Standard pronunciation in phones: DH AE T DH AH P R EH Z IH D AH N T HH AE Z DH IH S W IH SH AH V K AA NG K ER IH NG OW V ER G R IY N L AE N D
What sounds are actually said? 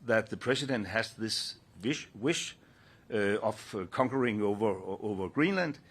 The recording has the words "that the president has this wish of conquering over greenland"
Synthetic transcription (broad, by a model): DH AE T DH AH P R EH S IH D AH N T HH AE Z DH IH S W IH SH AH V K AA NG K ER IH NG OW V ER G R IY N L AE N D